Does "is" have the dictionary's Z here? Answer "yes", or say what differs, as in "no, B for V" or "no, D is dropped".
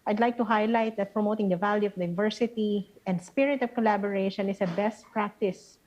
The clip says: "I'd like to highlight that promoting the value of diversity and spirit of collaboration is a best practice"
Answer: no, S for Z